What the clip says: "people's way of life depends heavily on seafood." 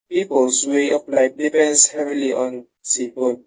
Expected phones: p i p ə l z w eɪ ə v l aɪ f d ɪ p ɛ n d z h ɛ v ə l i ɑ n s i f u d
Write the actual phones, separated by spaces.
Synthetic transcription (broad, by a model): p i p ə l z w eɪ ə p l aɪ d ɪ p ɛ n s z h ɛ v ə l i ɑ n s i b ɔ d